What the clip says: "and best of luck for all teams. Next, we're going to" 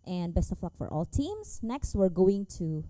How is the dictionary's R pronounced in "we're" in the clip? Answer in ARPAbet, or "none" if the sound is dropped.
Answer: R